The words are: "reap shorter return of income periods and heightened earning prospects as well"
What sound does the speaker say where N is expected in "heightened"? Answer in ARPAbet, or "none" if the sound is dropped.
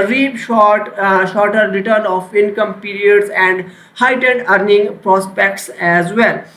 none